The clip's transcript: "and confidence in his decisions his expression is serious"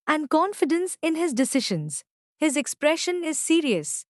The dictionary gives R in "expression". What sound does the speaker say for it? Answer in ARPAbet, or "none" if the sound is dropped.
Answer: R